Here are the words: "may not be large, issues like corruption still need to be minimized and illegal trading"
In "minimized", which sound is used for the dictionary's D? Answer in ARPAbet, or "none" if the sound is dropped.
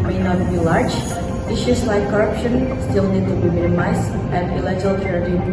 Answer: none